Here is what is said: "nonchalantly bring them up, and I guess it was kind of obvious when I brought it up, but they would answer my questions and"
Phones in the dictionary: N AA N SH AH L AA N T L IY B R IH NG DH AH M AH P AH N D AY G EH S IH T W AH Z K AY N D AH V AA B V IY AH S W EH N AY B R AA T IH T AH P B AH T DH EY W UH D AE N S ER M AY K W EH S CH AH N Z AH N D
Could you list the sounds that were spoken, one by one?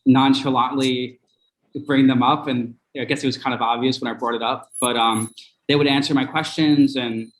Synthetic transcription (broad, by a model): N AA N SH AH L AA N L IY B R IH NG DH AH M AH P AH N AY G EH S IH T W AH Z K AY N D AH V AA B V IY AH S W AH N AY B R AA T IH T AH P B AH T DH EY W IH D AE N S ER M AY K W EH S CH AH N Z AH N